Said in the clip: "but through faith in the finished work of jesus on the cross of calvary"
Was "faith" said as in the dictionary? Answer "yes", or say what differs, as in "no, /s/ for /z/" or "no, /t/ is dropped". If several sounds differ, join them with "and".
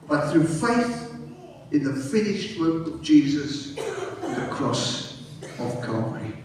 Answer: yes